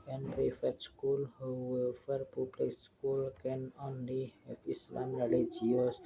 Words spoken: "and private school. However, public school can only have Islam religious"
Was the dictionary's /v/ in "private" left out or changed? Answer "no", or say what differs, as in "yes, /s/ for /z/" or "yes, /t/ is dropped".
yes, /f/ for /v/